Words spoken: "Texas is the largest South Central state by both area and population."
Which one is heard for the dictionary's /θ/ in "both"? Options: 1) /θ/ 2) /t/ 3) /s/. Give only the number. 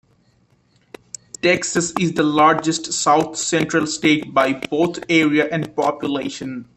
2